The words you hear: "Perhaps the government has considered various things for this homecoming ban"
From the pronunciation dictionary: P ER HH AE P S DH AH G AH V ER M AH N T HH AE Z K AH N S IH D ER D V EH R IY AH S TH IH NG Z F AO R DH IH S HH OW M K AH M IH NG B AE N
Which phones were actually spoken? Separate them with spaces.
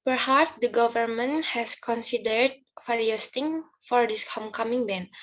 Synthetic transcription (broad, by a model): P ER HH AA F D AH G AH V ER M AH N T HH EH S K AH N S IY D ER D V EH R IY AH S T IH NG F AO R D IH S HH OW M K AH M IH NG B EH N